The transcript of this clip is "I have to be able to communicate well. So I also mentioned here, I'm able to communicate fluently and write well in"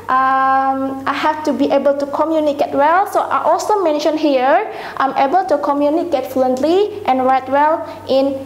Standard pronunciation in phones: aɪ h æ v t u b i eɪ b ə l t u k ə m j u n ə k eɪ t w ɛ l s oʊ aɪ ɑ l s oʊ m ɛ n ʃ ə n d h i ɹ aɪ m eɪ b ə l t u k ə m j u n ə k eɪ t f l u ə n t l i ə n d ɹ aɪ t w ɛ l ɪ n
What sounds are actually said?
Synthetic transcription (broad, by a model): aɪ h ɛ f t u b i eɪ b ə l t u k ə m j u n ə k eɪ t w ɛ l s oʊ aɪ ɑ l s oʊ m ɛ n ʃ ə n h i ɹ aɪ m eɪ b ə l t u k ə m j u n ə k eɪ t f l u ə n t l i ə n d ɹ aɪ t w ɛ l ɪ n